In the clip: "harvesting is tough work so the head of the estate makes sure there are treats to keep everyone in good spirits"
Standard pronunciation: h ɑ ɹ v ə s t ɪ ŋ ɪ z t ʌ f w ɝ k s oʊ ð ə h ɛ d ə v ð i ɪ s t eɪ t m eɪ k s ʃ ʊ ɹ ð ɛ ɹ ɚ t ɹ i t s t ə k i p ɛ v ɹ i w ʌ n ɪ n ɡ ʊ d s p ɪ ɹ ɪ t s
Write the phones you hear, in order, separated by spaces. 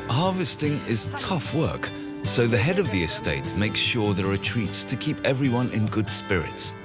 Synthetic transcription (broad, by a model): h ɑ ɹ v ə s t ɪ ŋ ɪ z t ʌ f w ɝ k s oʊ ð ə h ɛ d ə v ð i ɪ s t eɪ t m eɪ k s ʃ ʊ ɹ ð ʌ ɹ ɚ t ɹ i t s t ə k i p ɛ v ɹ i w ʌ n ɪ n ɡ ʊ d s p ɪ ɹ ɪ t s